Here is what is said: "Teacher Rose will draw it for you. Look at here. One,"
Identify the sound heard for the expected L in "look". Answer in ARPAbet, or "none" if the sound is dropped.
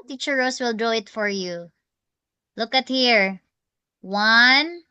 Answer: L